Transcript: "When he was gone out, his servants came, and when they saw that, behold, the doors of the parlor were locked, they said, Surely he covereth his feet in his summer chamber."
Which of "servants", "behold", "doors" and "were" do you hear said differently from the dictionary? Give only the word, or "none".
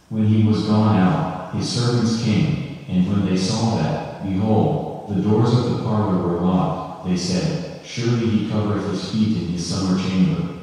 none